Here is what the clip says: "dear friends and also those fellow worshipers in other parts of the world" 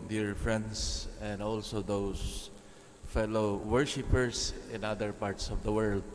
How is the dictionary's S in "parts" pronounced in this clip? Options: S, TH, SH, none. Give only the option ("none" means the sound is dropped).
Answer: S